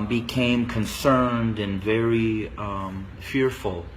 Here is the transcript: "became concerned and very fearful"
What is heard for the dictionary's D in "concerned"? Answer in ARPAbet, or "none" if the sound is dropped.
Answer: D